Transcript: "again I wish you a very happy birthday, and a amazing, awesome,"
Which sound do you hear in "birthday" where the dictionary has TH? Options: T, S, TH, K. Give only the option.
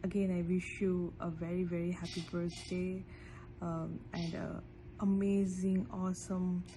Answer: S